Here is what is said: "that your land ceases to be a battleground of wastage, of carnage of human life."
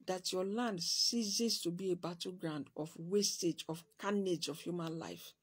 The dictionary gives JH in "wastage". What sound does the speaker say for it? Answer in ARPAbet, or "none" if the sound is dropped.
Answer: JH